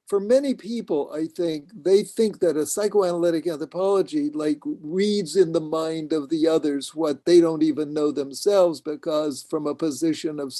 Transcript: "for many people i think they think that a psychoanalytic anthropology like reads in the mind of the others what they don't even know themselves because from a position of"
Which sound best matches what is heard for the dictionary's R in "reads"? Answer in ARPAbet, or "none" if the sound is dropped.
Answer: R